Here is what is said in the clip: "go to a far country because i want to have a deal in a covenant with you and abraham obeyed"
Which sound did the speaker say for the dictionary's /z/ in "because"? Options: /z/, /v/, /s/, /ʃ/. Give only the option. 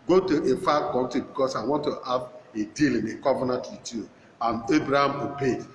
/s/